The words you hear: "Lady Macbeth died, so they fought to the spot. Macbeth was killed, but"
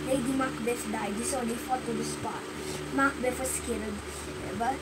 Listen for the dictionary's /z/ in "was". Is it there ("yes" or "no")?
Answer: no